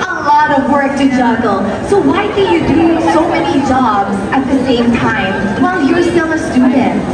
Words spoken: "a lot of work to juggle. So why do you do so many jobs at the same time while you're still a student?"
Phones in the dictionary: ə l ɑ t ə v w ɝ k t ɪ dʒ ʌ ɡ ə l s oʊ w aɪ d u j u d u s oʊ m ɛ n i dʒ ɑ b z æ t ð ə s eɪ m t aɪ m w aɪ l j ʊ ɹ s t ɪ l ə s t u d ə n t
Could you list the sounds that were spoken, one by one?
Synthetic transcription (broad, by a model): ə l ɑ t ə v w ɝ k t ɪ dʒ ʌ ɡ l s oʊ w aɪ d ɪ j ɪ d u s oʊ m ɛ n i dʒ ɑ b z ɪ t ð ə s eɪ m t aɪ m w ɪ l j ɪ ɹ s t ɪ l ə s t u d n t